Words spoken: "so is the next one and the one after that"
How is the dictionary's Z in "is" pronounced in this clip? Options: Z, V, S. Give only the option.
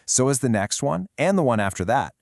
Z